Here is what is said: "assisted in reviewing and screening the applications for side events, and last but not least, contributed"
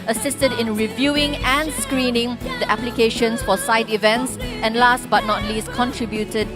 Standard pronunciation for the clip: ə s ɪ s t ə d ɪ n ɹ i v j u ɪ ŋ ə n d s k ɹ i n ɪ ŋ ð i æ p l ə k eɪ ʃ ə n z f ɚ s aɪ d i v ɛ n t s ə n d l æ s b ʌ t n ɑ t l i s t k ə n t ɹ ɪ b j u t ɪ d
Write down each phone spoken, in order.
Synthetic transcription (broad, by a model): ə s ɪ s t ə d ɪ n ɹ i v j u ɪ ŋ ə n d s k ɹ i n ɪ ŋ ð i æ p l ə k eɪ ʃ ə n s f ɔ s aɪ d i v ɛ n t s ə n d l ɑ s b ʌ t n ɑ t l i s k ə n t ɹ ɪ b j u t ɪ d